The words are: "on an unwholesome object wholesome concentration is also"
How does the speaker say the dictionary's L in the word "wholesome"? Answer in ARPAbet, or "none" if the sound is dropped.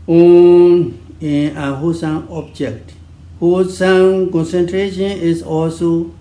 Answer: none